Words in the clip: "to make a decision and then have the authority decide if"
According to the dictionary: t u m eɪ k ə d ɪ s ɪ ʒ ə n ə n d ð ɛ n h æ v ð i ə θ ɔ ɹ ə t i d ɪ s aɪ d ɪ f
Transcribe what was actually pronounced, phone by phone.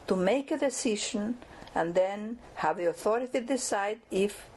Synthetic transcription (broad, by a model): t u m eɪ k ə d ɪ s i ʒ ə n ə n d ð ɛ n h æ v ð i ə θ ɔ ɹ ə t i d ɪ s aɪ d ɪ f